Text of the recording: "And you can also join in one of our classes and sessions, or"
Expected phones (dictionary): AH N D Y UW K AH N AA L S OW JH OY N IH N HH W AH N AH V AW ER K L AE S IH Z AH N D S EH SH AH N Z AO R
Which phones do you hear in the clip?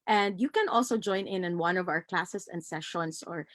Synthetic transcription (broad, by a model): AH N D Y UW K AH N AA L S OW JH OY N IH N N W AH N AH V AW ER K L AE S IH S AH N D S EH SH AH N S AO R